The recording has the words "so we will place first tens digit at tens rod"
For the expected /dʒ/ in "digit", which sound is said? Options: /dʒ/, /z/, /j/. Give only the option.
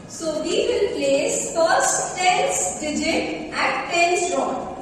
/dʒ/